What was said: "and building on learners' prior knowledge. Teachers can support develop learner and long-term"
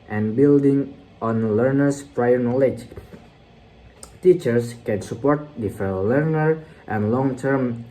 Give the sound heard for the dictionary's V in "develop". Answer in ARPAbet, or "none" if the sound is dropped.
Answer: F